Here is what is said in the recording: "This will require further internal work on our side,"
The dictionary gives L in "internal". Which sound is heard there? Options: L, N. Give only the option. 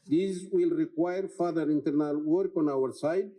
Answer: L